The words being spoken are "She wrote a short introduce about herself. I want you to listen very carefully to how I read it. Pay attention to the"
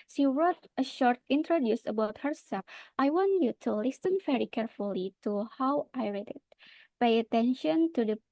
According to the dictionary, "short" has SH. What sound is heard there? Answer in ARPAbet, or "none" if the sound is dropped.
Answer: SH